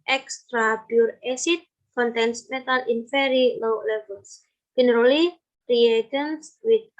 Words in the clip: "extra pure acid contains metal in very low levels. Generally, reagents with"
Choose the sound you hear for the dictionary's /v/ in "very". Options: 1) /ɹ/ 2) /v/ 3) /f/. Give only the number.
3